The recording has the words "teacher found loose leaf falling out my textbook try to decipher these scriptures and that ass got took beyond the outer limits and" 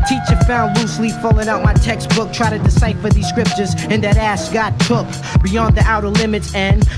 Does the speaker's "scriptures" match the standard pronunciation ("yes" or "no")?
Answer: yes